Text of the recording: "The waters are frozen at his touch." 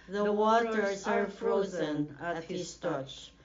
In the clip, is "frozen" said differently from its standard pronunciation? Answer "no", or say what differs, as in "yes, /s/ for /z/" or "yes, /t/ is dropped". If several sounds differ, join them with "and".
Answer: no